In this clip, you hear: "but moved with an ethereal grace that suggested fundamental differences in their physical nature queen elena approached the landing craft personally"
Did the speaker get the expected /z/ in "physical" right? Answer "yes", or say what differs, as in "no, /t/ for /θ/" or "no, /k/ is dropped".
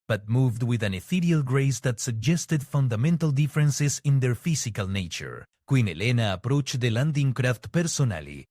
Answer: no, /s/ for /z/